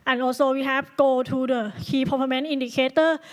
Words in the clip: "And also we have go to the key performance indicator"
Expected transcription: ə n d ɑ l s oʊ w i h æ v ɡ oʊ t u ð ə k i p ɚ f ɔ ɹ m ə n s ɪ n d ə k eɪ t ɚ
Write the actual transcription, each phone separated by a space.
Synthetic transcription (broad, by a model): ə n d ɑ l s oʊ w i h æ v ɡ oʊ t u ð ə k i p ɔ p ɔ m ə n i n d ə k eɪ t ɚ